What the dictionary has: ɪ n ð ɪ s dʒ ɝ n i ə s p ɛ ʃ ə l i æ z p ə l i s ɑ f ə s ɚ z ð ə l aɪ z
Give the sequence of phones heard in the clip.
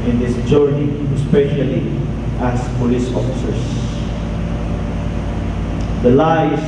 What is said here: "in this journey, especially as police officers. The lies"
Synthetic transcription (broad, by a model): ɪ n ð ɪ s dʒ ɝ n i ə s p ɛ ʃ ə l i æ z p ə l i s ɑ f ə s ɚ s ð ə l aɪ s